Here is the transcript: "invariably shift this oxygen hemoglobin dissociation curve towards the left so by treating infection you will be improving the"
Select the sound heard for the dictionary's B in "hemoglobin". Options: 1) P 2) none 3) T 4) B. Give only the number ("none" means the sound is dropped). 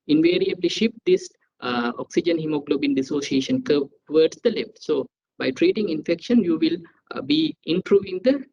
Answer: 4